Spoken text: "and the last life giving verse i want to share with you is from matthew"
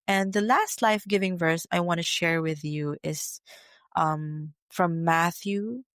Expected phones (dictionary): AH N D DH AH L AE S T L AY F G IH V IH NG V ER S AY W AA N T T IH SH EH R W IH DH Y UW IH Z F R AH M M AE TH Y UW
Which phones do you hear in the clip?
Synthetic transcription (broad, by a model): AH N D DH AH L AE S T L AY F G IH V IH NG V ER S AY W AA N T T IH SH EH R W IH DH Y UW IH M F R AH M M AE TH Y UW